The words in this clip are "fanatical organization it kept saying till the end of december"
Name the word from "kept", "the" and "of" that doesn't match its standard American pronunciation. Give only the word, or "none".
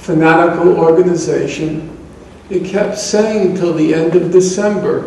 none